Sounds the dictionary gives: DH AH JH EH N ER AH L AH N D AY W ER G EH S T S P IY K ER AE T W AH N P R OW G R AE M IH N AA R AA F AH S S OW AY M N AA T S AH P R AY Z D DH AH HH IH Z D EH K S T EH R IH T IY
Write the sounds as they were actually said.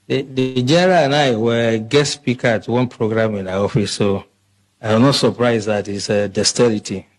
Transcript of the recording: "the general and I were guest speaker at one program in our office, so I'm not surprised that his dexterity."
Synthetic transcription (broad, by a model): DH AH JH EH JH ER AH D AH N AY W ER G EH T S P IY K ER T W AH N P R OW G R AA M IH N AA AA F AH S S OW AY M N AA T S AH P R AY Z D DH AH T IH S D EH S T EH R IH T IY